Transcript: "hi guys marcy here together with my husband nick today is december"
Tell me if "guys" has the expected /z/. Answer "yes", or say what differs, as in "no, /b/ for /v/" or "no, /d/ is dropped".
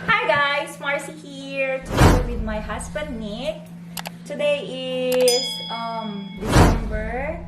no, /s/ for /z/